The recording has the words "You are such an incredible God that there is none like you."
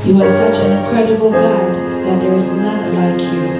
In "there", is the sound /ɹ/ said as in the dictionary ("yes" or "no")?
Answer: no